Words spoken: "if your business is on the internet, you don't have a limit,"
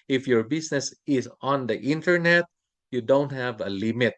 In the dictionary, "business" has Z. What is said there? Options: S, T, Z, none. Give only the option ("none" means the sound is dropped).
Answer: S